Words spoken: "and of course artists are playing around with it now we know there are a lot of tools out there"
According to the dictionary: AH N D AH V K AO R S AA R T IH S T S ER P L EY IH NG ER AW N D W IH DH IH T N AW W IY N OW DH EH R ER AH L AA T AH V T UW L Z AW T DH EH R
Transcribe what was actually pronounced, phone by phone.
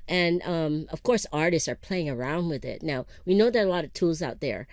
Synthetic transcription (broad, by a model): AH N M AH V K AO R S AA R T IH S T S ER P L EY IH NG ER AW N D W IH DH IH T N AW W IY N OW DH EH R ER AH L AA T AH V T UW L Z AW T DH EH R